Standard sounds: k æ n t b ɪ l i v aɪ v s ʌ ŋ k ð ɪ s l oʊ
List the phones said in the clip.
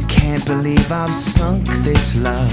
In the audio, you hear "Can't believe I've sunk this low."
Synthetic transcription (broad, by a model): k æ n b ɪ l i v aɪ v s ʌ ŋ k ð ɪ s l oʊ